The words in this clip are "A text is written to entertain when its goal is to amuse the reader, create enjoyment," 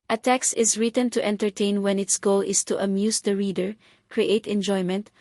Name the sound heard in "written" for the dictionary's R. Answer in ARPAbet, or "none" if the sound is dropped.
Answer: R